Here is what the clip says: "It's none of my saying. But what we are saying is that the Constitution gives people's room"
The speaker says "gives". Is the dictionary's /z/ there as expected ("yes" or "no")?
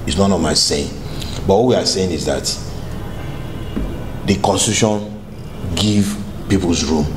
no